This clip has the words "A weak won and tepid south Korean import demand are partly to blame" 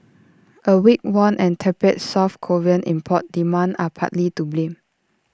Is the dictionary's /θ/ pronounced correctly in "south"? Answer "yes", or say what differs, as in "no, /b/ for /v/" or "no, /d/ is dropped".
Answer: no, /f/ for /θ/